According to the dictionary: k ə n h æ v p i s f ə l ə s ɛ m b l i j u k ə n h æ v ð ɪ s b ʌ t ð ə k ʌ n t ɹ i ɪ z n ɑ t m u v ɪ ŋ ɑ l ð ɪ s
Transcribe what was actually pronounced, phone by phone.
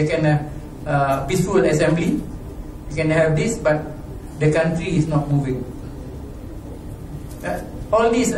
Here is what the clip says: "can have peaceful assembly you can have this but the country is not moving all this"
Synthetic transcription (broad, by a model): k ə n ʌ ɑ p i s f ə l ə s ɛ m b l i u k ə n h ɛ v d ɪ s b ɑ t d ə k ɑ n t ɹ i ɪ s n ɑ t m u v ɪ ŋ ɑ l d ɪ s